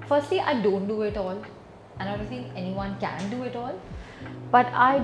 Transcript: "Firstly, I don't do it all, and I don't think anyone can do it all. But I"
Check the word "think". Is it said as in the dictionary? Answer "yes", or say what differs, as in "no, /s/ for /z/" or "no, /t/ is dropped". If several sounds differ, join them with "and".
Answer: no, /k/ is dropped